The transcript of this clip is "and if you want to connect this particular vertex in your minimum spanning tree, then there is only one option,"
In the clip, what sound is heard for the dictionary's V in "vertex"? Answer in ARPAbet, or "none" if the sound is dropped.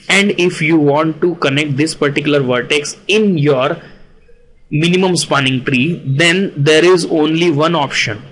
V